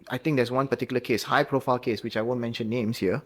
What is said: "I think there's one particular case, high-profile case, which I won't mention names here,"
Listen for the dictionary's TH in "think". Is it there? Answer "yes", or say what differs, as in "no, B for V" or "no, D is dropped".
no, T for TH